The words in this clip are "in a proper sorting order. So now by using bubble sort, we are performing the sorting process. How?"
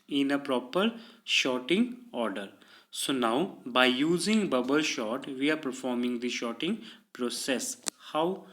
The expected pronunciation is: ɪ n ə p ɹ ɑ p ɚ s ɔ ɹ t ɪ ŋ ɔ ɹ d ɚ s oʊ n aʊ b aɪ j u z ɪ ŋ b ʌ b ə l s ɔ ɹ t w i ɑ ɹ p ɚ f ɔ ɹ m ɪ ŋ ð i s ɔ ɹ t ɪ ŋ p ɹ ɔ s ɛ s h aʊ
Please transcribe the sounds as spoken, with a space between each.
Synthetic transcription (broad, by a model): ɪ n ə p ɹ ɑ p ɚ ʃ ɔ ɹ t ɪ ŋ ɔ ɹ d ɚ s oʊ n aʊ b aɪ j u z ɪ ŋ b ʌ b ə l ʃ ɔ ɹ t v i ɑ ɹ p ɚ f ɔ ɹ m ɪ ŋ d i ʃ ɔ t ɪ ŋ p ɹ ɔ s ɛ s h aʊ